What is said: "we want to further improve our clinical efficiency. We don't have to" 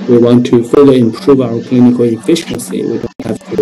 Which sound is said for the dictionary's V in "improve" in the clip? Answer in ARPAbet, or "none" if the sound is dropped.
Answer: V